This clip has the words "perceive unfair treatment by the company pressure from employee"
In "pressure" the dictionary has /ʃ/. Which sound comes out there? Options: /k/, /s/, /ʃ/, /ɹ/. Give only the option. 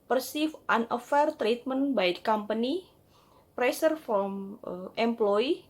/s/